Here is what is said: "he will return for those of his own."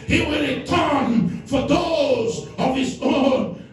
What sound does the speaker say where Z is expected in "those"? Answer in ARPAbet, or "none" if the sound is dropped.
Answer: Z